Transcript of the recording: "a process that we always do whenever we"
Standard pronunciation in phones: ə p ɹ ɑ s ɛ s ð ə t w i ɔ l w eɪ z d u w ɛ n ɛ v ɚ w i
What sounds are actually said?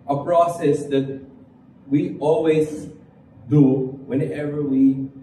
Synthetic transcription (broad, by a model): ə p ɹ ɑ s ɛ s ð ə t w i ɔ l w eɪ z d u w ɛ n ɛ v ɚ w i